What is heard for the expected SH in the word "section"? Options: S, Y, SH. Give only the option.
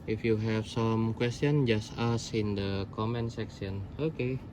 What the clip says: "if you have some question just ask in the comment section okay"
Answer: S